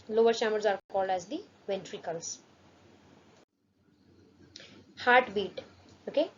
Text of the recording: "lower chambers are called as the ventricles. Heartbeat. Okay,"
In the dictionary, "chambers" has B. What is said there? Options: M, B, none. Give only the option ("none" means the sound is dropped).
none